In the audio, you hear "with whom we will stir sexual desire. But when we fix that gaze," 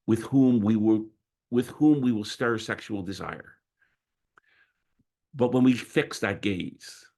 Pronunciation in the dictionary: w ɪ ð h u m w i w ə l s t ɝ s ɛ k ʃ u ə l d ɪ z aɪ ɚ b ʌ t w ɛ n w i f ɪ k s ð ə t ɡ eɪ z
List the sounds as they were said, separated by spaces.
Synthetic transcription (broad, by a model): w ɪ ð h u m w i w ə l s t ɝ s ɛ k ʃ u l d ɪ z aɪ ɚ b ʌ t w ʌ n w i f ɪ k s ð ə t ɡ eɪ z